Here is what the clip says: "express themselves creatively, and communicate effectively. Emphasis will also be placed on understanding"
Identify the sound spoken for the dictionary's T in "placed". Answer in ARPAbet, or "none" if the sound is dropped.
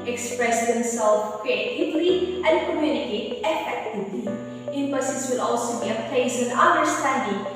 none